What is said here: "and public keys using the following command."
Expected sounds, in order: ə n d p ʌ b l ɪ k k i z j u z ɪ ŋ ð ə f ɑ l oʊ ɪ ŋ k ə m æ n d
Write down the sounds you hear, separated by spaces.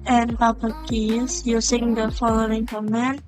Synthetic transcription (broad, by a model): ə n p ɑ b ɪ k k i s j u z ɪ ŋ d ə f ɑ l oʊ ɪ ŋ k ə m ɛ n